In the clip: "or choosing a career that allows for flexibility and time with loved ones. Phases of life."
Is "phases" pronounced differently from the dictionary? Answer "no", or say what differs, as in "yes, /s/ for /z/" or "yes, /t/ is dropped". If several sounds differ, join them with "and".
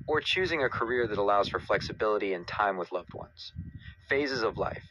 no